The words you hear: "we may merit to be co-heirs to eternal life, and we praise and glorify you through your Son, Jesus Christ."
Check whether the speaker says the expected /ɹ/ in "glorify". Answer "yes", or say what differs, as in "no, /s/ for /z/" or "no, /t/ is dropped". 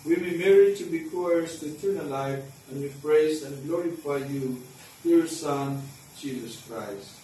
yes